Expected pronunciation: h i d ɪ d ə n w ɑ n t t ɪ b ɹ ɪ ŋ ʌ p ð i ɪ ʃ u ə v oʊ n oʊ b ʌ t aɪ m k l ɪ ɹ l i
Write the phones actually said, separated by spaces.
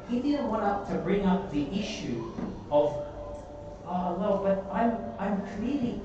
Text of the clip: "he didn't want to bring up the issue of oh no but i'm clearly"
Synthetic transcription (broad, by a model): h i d ɪ d n w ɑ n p t ɪ b ɹ ɪ ŋ ʌ p ð i ɪ ʃ u ə v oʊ l oʊ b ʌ t aɪ m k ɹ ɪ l i